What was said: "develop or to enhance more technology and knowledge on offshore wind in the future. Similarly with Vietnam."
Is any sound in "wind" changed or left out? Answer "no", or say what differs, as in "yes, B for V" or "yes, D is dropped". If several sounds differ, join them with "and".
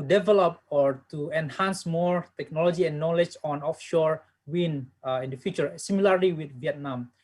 yes, D is dropped